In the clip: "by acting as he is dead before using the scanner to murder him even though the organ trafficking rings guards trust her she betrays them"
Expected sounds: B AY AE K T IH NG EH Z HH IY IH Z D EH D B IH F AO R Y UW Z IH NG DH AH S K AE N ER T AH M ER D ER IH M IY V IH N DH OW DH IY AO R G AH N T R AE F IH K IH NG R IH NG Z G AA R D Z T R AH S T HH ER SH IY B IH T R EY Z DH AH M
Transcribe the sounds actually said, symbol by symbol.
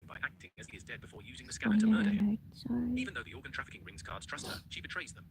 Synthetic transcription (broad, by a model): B AY AE K T IH NG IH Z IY IH Z D EH D B IH F AO R Y UW Z IH NG DH AH S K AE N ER T AH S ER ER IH IY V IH N DH OW DH IY AO R G AH N T R AE F IH K IH NG R IH NG Z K AA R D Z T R AH S T HH ER SH IY B IH T R EY Z DH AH M